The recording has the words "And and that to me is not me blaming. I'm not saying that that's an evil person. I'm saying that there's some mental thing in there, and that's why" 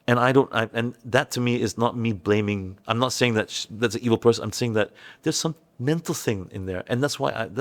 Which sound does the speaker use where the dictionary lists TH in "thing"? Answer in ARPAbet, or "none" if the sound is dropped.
TH